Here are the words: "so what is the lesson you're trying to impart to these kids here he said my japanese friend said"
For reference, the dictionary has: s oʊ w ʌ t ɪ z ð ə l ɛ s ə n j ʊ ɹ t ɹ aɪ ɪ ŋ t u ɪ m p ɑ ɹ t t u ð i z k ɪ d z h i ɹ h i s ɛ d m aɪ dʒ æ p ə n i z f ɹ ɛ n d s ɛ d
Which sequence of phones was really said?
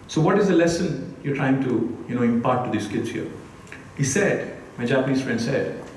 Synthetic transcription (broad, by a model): s oʊ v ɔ t ɪ z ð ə l ɛ s ə n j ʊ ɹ t ɹ aɪ ɪ ŋ t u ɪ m p ɑ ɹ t t u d i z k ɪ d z h i ɹ h i s ɛ d m aɪ dʒ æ p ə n i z f ɹ ɛ n d s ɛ d